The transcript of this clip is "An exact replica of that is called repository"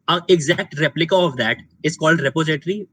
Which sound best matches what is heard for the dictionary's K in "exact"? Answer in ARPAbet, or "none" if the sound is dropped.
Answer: K